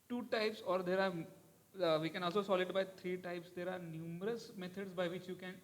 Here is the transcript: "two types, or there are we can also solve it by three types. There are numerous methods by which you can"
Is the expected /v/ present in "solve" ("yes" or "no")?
no